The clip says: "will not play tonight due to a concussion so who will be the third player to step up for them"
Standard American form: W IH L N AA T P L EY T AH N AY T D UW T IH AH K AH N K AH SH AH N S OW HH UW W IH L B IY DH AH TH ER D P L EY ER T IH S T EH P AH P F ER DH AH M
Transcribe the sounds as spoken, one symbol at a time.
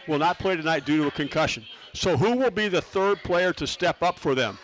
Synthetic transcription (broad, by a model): W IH L N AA T P L EY T AH N AY T D UW T IH AH K AH N K AH SH AH N S OW HH UW W IH L B IY DH AH TH ER D P L EY ER T IH S T EH P AH P F ER DH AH M